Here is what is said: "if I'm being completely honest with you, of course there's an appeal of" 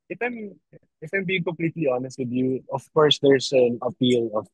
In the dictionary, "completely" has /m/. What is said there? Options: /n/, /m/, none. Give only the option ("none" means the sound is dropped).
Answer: /m/